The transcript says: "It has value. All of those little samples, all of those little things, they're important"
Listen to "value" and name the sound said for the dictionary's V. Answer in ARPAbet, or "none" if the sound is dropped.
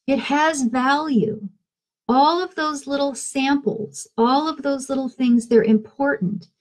V